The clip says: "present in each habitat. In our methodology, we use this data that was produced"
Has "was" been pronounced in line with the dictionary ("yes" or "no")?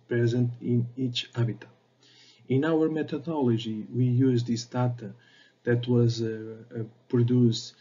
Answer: yes